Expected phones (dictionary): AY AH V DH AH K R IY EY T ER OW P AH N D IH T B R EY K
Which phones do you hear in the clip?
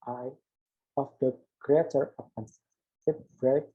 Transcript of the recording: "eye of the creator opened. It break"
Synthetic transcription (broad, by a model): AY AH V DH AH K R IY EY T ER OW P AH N IH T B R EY